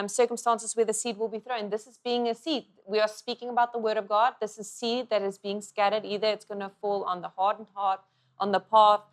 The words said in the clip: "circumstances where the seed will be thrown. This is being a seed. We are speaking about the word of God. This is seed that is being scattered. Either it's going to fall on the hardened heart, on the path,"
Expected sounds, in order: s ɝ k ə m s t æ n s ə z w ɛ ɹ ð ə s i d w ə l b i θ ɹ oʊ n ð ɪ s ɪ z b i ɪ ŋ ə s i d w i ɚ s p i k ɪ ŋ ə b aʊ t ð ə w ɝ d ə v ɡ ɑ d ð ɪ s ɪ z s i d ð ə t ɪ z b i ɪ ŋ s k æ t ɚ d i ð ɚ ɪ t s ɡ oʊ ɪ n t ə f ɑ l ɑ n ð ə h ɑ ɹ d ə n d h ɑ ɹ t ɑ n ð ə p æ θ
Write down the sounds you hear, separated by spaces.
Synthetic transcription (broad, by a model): s ɝ k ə m s t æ n s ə z w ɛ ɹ ð ə s i d w ə l b i θ ɹ oʊ n ð ɪ s ɪ z b i ɪ ŋ ə s i d w i ɚ s p i k ɪ ŋ ə b aʊ t ð ə w ɝ d ə v ɡ ɑ d ð ɪ s ɪ z s i d ð ə t ɪ z b i ɪ ŋ s k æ t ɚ d i ð ɚ ɪ t s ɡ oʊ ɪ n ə f ɑ l n ð ə h ɑ ɹ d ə n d h ɑ ɹ t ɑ n ð ə p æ θ